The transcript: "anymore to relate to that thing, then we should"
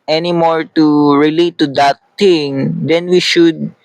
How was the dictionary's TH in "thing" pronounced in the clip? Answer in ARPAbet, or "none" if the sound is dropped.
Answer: T